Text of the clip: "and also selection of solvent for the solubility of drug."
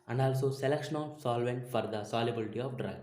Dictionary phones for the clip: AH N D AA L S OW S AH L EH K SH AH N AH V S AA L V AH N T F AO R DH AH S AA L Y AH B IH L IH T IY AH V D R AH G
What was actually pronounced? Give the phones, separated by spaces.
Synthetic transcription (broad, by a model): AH N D AA L S OW S AH L EH K SH AH N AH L S AA L V AH N T F AO R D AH S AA L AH B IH L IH T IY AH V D R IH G